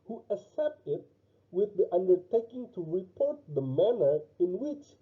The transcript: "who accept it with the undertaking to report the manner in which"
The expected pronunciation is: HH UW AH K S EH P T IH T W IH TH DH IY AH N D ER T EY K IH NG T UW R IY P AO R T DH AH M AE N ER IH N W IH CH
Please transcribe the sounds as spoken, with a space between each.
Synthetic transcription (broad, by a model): HH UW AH S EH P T IH T W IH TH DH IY AH N D ER T EY K IH NG T UW R IY P AO R T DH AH M AE N ER IH N W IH CH